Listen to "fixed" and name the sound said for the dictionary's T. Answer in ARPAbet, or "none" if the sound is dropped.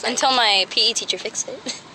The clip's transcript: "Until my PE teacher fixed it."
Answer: none